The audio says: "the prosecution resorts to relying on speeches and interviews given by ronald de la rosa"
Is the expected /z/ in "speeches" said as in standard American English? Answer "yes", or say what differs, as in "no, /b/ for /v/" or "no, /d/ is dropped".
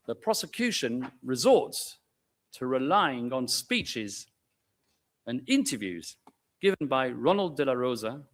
yes